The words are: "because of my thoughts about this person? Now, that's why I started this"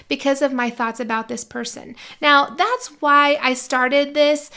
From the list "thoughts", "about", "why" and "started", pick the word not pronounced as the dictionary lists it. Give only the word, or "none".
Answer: none